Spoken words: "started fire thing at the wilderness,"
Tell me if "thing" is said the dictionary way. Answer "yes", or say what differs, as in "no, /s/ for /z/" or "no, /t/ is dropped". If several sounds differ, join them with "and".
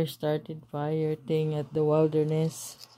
no, /t/ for /θ/